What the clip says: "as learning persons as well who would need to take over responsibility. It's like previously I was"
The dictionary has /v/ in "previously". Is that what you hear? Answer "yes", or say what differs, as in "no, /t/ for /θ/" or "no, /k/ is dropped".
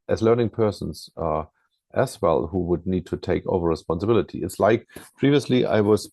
yes